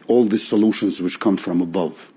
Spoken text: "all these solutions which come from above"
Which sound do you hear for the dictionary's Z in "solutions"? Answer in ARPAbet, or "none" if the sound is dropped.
Z